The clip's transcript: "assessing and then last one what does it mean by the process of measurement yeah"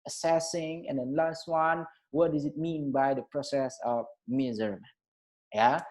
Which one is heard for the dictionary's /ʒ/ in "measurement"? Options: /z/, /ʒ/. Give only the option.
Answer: /z/